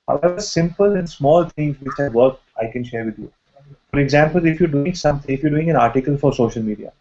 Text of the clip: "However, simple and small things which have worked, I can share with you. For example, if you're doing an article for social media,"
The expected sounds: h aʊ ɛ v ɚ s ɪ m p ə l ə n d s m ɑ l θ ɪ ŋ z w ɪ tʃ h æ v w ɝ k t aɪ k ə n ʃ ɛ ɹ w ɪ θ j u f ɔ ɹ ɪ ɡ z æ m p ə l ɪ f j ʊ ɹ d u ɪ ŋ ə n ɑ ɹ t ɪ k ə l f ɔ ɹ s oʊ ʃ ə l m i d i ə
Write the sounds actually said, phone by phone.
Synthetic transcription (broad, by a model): h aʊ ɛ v ɚ s ɪ m p ə l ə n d s m ɑ l t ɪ ŋ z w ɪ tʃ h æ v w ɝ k aɪ k ə n ʃ ɛ ɹ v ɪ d j u f ɔ ɹ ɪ ɡ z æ m p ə l ɪ f j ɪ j d u ɪ ŋ ə n ɑ ɹ t ɪ k ə l f ɔ ɹ s oʊ ʃ ə l m i d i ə